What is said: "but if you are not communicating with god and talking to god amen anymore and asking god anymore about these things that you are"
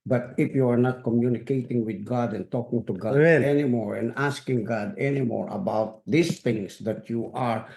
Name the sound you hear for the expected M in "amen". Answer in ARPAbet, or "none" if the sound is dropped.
none